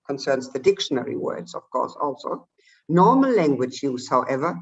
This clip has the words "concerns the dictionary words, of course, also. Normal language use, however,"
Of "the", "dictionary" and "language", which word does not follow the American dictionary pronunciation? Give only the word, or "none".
none